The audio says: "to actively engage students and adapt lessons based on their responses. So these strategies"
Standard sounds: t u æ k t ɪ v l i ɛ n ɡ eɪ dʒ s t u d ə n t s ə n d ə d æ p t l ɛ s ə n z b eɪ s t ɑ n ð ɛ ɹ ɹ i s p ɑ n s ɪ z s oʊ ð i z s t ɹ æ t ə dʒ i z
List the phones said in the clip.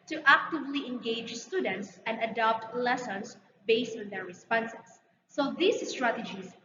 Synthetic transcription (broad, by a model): t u æ k t ɪ v l i ɛ n ɡ eɪ dʒ s t u d ə n t s ə n d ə d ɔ p t l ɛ s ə n s b eɪ s t ɑ n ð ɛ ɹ ɹ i s p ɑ n s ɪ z s oʊ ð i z s t ɹ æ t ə dʒ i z